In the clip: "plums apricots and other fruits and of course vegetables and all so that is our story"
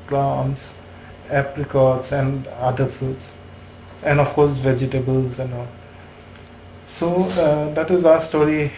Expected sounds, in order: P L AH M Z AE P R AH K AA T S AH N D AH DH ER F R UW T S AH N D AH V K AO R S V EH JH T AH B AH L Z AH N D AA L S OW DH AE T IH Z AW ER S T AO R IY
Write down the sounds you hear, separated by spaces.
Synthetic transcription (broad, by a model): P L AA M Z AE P L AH K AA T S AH N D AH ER F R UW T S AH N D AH F K AO R S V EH JH T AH B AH L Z AH N D AA L S OW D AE T IH Z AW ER S T AO R IY